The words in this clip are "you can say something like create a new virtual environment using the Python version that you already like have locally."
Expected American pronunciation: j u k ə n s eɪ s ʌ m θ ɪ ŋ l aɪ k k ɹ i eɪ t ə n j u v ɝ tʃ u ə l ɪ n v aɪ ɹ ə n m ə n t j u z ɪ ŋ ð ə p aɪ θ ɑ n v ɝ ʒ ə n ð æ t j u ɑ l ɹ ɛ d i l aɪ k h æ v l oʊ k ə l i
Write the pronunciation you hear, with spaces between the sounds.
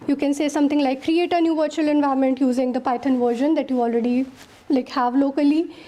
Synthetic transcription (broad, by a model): j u k ə n s eɪ s ʌ m t ɪ ŋ l aɪ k k ɹ i eɪ t ə n j u v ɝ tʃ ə l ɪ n v aɪ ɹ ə m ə n t j u z ɪ ŋ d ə p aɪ t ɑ n v ɝ ʒ ə n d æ t j u ɑ l ɹ ɛ d i l aɪ k h æ v l oʊ k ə l i